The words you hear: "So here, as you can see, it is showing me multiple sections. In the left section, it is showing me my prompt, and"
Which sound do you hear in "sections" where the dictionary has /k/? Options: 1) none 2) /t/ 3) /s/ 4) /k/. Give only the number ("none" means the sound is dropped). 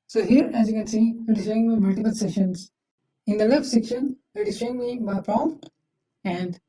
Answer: 1